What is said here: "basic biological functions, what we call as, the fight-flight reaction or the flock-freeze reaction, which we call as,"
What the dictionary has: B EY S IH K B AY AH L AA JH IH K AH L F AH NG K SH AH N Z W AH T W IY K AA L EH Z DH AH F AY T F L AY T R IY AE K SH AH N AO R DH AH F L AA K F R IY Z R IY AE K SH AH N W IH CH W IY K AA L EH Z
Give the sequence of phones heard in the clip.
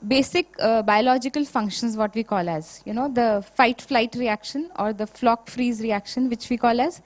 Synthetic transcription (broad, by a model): B EY S IH K B AY AH L AA JH IH K AH L F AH NG K SH AH N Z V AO T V IY K AA L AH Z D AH F AY T F L AY T R IY AE K SH AH N AO R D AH F L AA K F R IY Z R IY AE K SH AH N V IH CH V IY K AA L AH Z